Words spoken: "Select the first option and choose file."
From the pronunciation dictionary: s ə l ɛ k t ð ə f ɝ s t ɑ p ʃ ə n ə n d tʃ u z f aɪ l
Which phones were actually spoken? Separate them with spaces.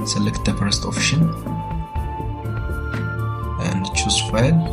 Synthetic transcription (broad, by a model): s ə l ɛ k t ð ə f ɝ s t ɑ f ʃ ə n ə n d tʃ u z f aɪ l